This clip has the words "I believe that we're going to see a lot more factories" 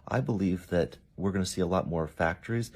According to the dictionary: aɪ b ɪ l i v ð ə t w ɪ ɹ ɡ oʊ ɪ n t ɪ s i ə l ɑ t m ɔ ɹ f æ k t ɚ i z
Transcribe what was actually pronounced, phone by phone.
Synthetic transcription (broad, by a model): aɪ b ɪ l i v ð ə t w ɪ ɹ ɡ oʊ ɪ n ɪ s i ə l ɑ t m ɔ ɹ f æ k t ɚ i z